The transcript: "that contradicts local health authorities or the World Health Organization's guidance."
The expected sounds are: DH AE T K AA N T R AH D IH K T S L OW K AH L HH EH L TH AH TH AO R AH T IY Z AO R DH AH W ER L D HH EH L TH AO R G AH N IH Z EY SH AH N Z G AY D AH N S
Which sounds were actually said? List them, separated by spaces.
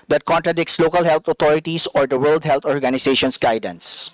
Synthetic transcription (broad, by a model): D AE T K AA N T R AH D IH K T S L OW K AH L HH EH L T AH T AO R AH T IY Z AO R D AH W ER L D HH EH L T AO R G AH N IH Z EY SH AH N S G AY D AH N S